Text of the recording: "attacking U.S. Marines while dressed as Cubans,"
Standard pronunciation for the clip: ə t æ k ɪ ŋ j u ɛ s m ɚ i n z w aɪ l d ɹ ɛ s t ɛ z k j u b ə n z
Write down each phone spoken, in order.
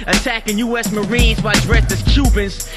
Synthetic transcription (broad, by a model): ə t æ k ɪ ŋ j u ɛ s m ɚ i n z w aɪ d ɹ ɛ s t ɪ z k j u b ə n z